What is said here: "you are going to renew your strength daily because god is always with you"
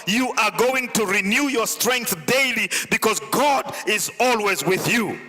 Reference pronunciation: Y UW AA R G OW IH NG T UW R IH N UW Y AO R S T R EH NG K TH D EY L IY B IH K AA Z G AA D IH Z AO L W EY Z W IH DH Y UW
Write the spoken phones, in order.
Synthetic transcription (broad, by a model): Y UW AA R G OW IH NG T UW R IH N UW Y AO R S T R EH NG K TH D EY L IY B IH K AA Z G AA D IH Z AO L W EY Z W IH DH Y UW